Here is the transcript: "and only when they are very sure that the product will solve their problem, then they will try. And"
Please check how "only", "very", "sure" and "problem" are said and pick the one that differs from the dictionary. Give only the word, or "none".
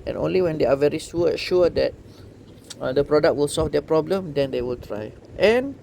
sure